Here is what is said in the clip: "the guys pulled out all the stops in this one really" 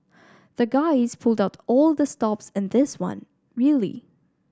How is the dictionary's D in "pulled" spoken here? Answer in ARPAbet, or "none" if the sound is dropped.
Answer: D